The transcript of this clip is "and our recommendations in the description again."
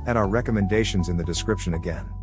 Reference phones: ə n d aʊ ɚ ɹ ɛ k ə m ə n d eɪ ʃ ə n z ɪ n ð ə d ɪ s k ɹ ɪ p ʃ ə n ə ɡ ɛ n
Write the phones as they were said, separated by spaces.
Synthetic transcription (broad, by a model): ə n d aʊ ɚ ɹ ɛ k ə m ə n d eɪ ʃ ə n z ɪ n ð ə d ɪ s k ɹ ɪ p ʃ ə n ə ɡ ɛ n